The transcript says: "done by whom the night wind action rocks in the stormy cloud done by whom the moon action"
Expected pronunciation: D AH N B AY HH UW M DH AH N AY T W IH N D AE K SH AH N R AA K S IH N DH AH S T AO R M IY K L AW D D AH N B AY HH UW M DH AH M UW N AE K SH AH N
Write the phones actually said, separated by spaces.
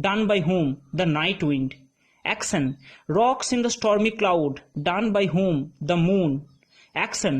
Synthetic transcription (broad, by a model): D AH N B AY HH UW M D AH N AY T W IH N D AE K S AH N R AA K S IH N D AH S T AO R M IY K L AW D D AH N B AY HH UW M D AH M UW N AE K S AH N